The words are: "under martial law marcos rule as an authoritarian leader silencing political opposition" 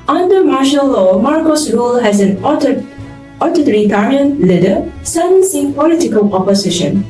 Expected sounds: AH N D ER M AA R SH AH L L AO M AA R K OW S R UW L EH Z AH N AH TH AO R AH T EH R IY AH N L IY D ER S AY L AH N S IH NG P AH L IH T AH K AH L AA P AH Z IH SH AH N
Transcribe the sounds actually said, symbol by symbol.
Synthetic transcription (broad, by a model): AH N D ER M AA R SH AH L L AO M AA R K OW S R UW L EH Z AH N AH T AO R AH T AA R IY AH N L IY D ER S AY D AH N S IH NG P AH L IH T AH K AH L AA P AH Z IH SH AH N